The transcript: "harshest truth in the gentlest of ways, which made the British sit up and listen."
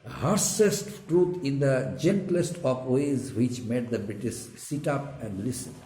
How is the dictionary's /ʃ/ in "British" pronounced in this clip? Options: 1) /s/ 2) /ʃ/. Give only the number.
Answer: 1